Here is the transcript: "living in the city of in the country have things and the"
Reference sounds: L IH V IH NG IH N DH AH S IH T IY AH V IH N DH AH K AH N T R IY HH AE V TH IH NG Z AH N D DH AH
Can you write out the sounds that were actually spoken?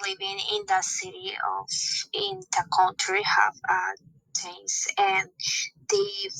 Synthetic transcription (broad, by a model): L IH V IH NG IH N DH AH S IH T IY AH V IH N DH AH K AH N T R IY HH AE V T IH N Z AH N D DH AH